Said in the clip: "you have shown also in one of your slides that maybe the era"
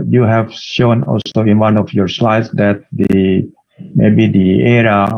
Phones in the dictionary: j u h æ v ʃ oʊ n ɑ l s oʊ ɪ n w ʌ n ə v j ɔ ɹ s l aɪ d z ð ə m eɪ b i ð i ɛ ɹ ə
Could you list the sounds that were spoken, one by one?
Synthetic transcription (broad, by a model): j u h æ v ʃ oʊ n ɑ l s oʊ ɪ n w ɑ n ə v j ɔ ɹ s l aɪ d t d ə m eɪ b i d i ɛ ɹ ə